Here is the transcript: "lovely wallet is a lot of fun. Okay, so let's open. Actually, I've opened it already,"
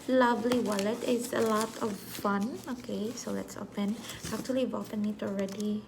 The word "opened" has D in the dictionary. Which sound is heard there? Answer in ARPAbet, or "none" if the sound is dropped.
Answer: none